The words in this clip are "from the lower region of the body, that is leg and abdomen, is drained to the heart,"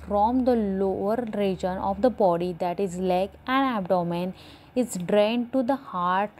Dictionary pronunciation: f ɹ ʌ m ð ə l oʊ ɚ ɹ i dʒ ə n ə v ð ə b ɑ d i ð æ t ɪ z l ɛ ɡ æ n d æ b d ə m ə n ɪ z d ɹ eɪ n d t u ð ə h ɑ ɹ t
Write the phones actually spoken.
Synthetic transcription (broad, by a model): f ɹ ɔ m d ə l oʊ ɚ ɹ i dʒ ə n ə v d ə b ɑ d i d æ t ɪ z l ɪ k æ n æ b d ə m ə n ɪ z d ɹ eɪ n d t u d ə h ɑ ɹ t